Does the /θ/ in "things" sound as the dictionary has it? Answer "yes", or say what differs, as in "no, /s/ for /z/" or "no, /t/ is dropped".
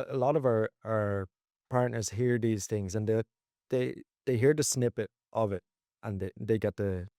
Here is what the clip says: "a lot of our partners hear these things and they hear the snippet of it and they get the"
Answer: yes